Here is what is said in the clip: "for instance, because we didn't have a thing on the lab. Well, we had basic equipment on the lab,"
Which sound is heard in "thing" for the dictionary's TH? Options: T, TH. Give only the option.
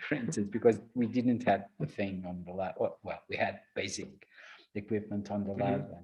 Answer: TH